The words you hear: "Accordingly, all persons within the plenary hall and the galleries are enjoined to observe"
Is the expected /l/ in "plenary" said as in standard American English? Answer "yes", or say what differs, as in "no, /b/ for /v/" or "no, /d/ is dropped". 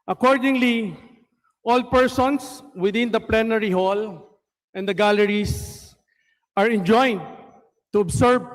yes